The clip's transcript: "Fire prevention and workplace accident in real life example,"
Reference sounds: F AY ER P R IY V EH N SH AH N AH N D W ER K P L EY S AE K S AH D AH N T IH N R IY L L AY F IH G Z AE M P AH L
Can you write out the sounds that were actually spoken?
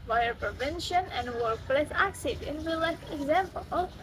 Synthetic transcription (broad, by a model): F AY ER P R IY V EH N SH AH N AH N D W ER K P L EY S AE K S AH D AH N T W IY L L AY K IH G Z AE M P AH L